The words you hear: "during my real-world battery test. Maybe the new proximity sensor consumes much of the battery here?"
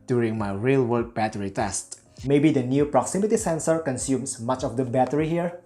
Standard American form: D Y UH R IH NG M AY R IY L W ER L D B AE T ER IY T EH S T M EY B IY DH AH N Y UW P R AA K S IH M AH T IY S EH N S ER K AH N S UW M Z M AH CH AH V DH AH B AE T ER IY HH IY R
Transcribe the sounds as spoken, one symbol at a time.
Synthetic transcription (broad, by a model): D Y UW R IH NG M AY R IY L W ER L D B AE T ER IY T EH S T M EY B IY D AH N Y UW P R AA K S IH M AH T IY S EH N S ER K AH N S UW M S M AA CH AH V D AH B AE T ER IY HH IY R